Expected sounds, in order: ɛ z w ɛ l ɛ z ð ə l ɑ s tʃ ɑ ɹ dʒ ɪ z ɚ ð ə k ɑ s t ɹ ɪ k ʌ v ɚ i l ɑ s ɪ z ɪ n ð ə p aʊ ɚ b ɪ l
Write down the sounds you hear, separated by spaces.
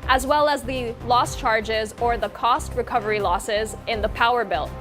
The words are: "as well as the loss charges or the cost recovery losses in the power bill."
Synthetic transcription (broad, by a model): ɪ z w ɛ l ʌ z ð ə l ɑ s tʃ ɑ ɹ dʒ ɪ z ɚ ð ə k ɑ s t ɹ ɪ k ʌ v ɚ i l ɑ s ɪ z ɪ n ð ə p aʊ ɚ b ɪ l